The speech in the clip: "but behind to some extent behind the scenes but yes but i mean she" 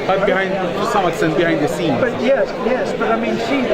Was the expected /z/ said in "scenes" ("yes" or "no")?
no